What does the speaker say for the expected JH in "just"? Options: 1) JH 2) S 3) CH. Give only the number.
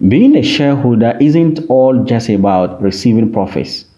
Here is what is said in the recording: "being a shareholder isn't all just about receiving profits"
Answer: 1